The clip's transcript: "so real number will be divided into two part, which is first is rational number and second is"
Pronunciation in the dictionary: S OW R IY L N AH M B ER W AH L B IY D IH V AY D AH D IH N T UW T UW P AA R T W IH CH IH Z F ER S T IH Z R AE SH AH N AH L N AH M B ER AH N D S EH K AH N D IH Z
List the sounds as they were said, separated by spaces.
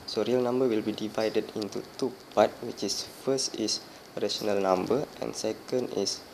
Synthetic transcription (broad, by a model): S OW R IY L N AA M B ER W AH L B IY D IH V AY D AH D IH N T UW T UW P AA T W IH CH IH S F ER S T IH S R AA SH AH N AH L N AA M B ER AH N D S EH K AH N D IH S